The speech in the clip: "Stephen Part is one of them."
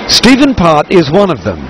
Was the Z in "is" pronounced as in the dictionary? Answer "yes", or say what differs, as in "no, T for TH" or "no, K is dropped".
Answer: yes